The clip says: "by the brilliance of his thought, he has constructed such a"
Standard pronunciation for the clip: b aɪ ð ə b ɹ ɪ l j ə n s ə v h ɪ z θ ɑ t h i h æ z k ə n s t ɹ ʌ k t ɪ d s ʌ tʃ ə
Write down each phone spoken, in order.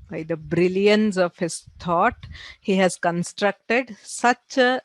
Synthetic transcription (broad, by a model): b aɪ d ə b ɹ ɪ l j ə n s ə v h ɪ z t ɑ t h i h æ z k ə n s t ɹ ʌ k t ɪ d s ʌ tʃ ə